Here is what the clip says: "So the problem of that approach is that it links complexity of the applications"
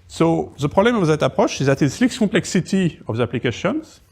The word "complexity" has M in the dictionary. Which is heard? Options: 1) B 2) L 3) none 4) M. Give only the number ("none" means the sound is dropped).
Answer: 3